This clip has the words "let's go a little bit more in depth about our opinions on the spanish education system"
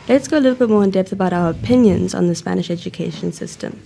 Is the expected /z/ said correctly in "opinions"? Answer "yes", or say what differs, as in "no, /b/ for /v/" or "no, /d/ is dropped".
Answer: yes